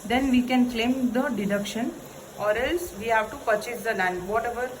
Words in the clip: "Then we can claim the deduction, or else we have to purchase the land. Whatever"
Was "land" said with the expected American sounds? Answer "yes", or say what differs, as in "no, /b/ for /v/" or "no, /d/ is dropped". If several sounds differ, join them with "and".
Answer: no, /n/ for /l/